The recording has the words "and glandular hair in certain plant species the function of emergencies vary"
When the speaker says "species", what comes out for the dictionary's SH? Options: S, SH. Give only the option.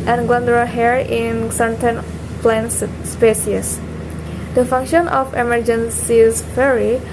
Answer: S